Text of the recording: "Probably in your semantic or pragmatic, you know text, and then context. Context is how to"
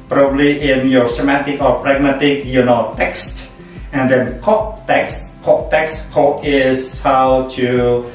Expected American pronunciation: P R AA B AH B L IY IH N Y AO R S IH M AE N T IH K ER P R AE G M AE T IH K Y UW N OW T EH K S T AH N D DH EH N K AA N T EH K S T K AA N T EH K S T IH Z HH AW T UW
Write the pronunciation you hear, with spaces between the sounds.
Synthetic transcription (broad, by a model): P R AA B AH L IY IH N Y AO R S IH M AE T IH K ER P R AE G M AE T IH K Y UW N OW T EH K S T AH N D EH N K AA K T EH K S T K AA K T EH K S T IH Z HH AW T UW